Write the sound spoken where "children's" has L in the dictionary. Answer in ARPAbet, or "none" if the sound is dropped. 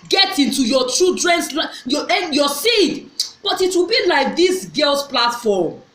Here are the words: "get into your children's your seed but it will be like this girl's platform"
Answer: none